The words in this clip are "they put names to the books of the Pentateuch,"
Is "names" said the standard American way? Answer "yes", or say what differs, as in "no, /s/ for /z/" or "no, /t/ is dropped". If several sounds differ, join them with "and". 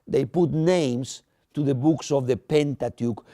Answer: no, /s/ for /z/